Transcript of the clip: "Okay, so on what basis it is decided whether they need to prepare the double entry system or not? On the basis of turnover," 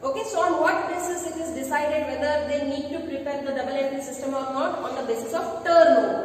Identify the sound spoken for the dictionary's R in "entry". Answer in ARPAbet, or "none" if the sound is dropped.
none